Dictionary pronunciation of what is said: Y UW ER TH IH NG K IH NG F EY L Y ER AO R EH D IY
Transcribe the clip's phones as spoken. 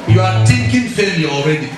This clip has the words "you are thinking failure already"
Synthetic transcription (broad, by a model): Y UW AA T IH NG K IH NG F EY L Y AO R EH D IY